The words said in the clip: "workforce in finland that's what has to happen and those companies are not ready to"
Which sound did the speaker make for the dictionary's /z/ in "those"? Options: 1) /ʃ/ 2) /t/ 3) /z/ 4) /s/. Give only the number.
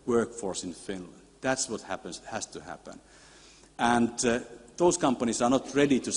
4